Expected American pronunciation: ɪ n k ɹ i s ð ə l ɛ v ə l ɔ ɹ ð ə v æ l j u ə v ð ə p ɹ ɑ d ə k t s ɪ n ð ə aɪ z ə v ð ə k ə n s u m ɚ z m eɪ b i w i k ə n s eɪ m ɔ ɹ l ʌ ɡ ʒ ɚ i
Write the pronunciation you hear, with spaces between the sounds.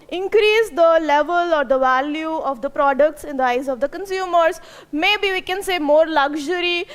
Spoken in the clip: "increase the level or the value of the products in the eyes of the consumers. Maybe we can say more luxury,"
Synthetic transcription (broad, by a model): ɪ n k ɹ i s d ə l ɛ v ə l ɔ ɹ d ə v æ l j u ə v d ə p ɹ ɑ d ə k t s ɪ n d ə aɪ z ə v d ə k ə n s u m ɚ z m eɪ b i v i k ə n s eɪ m ɔ ɹ l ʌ ɡ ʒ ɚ i